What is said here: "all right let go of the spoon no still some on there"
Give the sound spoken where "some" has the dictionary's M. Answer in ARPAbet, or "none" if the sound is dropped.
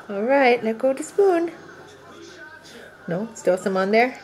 M